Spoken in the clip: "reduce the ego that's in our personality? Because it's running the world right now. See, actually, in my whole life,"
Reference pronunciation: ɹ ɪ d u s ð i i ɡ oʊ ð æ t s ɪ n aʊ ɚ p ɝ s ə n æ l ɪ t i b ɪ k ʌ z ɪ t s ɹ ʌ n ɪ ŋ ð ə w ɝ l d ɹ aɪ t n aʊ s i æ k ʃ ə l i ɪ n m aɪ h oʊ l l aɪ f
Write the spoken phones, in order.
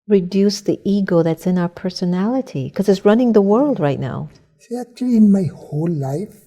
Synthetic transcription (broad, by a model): ɹ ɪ d u s ð i i ɡ oʊ ð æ t s ɪ n aʊ ɚ p ɝ s ə n æ l ɪ t i k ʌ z ɪ t s ɹ ʌ n ɪ ŋ ð ə w ɝ l d ɹ aɪ t n aʊ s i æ k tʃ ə l i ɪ n m aɪ h oʊ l l aɪ f